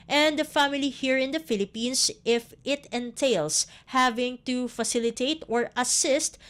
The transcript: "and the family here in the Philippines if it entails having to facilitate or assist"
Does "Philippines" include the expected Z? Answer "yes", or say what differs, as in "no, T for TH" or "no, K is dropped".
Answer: no, S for Z